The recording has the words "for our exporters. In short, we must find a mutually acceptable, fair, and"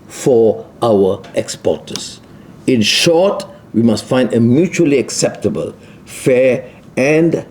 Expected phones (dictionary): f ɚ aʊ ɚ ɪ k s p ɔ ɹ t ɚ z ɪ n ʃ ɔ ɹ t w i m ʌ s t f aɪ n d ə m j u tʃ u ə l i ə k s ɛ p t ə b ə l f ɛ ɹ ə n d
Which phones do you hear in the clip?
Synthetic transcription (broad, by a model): f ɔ aʊ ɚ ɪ k s p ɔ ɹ t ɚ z ɪ n ʃ ɔ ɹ t w i m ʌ s t f aɪ n d ə m j u tʃ u ə l i ə k s ɛ p t ə b ə l f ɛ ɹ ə n d